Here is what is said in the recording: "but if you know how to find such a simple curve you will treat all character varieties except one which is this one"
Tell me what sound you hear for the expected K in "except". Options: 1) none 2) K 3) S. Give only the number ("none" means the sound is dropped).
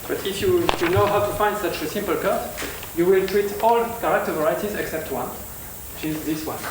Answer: 2